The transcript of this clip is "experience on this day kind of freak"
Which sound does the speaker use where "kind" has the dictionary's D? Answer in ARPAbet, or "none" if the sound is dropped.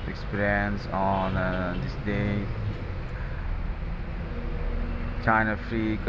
none